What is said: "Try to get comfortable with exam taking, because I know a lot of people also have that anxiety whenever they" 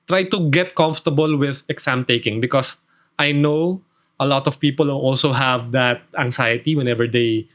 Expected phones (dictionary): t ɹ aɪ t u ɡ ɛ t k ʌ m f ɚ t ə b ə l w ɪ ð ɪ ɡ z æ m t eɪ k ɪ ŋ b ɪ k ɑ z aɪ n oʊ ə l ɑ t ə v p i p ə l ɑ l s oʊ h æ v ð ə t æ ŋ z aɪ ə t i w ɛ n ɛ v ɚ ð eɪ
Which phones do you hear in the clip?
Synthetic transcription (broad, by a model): t ɹ aɪ t u ɡ ɛ t k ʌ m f t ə b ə l w ɪ ð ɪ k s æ m t eɪ k ɪ ŋ b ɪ k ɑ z aɪ n oʊ ə l ɑ t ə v p i p ə l ɑ l s oʊ h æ v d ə t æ ŋ s aɪ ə t i w ɛ n ɛ v ɚ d eɪ